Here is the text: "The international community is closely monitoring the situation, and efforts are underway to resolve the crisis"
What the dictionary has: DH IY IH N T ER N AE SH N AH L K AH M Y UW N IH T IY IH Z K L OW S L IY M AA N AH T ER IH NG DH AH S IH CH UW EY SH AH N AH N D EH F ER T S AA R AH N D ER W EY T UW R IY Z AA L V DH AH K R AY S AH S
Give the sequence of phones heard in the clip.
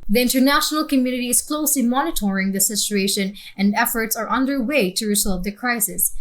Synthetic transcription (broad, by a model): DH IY IH N T ER N AE SH N AH L K AH M Y UW N IH T IY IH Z K L OW S L IY M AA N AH T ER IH NG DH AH S IH CH UW EY SH AH N AH N D EH F ER T S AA R AH N D ER W EY T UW R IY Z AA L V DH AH K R AY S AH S